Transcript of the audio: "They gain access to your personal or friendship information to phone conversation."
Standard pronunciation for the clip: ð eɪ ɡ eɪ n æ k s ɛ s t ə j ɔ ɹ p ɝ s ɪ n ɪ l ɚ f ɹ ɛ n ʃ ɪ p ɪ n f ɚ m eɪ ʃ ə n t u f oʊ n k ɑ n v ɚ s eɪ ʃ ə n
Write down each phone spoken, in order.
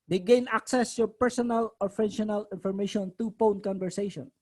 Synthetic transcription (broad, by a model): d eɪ ɡ eɪ n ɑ k s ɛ s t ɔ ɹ p ɝ s ɪ n ɪ l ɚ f ɛ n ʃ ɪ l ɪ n f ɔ m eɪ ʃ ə n t u p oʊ n k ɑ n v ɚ s eɪ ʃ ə n